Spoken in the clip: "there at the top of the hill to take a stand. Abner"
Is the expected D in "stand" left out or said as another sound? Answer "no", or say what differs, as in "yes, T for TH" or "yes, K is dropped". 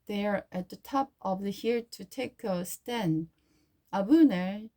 yes, D is dropped